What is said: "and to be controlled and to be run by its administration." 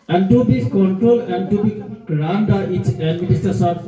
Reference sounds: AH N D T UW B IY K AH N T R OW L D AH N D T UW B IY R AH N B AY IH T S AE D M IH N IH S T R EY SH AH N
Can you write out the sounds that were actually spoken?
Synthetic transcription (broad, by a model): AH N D T UW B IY K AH N T R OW L AH N D T UW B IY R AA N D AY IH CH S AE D M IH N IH S T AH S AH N